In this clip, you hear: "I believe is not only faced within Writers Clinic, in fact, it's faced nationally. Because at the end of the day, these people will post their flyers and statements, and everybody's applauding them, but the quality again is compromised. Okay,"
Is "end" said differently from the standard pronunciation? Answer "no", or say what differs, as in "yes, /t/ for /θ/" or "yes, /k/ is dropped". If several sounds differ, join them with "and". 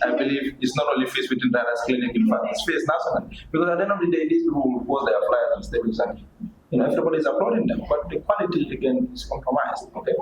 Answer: yes, /d/ is dropped